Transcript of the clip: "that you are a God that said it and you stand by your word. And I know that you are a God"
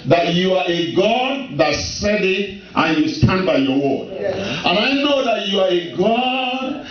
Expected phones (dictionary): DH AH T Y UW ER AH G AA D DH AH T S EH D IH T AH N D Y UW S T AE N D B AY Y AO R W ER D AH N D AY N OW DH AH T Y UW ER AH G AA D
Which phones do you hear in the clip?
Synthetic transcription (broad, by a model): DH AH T Y UW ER AH G AA D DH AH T S EH D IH T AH N Y UW S T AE N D B AY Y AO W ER AH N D AY N OW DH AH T Y UW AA AH G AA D